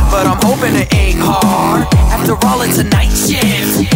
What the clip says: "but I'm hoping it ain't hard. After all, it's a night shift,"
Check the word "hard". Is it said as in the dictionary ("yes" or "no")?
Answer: no